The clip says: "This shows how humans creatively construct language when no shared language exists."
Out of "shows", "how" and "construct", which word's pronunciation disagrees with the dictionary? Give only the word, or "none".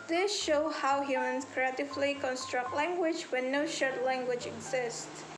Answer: shows